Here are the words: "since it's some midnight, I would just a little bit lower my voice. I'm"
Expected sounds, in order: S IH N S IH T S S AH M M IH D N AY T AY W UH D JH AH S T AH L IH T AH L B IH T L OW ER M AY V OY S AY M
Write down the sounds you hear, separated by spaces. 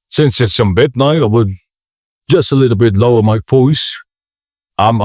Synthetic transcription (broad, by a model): S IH N S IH T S S AH M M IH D N AY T AY W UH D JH AH S T AH L IH T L B IH T L OW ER M AY F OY S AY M